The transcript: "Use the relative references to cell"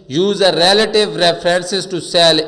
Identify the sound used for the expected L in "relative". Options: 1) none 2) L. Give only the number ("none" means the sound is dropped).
2